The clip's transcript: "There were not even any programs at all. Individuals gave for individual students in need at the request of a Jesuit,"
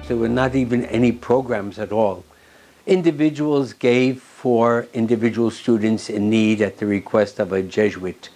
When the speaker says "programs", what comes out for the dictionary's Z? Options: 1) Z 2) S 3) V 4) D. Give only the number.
1